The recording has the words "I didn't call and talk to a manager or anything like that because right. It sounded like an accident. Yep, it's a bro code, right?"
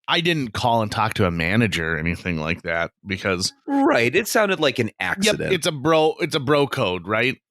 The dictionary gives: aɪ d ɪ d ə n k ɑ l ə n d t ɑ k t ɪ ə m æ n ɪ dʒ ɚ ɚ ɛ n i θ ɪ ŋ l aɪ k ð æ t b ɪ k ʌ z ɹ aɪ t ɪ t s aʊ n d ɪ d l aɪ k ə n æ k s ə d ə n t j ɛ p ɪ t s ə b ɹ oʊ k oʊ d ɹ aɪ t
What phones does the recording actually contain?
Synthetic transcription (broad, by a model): aɪ d ɪ d n k ɑ l ə n t ɑ k t ɪ ə m æ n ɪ dʒ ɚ ɚ ɛ n i θ ɪ ŋ l aɪ k ð æ t b ɪ k ʌ z ɹ aɪ t ɪ t s aʊ n d ɪ d l aɪ k ə n æ k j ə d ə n t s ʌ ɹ ɪ t s ə b ɹ oʊ k oʊ d ɹ aɪ t